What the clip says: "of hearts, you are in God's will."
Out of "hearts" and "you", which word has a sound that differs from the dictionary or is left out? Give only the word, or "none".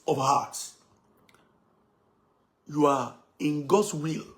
hearts